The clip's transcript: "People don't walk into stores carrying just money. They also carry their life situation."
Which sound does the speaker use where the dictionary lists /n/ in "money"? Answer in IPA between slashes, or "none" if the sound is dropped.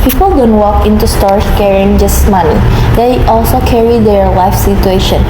/l/